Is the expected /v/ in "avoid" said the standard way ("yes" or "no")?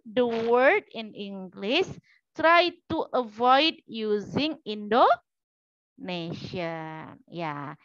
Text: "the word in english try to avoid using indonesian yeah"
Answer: yes